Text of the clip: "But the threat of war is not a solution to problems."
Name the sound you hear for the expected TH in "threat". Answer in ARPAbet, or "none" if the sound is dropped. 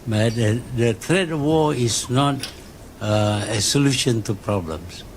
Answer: T